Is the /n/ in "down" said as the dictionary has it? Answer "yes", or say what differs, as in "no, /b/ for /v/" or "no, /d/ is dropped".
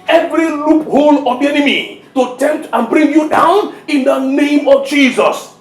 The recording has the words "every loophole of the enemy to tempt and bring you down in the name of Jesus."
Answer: yes